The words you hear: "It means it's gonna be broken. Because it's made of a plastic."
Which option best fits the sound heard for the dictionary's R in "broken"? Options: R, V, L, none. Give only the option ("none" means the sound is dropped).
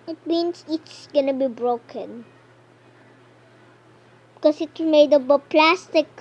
R